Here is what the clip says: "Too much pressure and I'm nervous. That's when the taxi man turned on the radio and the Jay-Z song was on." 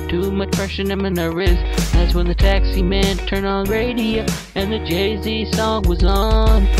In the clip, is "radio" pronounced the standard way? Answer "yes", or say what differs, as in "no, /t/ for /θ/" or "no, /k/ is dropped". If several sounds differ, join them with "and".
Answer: yes